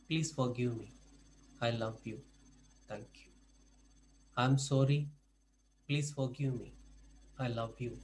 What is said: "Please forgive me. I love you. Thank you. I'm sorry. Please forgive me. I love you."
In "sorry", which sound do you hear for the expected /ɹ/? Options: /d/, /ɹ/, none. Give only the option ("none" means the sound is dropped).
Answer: /ɹ/